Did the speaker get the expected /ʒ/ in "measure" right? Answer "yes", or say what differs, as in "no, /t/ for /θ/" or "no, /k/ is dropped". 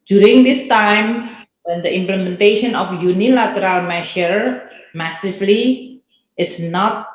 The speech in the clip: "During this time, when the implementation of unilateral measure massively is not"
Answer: no, /ʃ/ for /ʒ/